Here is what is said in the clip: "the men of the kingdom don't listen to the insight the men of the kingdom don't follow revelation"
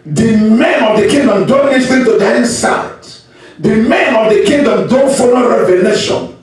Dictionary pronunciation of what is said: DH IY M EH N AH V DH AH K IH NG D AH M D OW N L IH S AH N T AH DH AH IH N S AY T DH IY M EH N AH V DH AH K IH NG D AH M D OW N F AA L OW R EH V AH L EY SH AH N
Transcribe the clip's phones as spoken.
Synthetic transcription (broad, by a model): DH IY M EH N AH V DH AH K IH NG D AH M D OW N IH TH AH T AH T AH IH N S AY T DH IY M EH N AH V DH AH K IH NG D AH M D OW N F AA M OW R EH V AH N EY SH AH N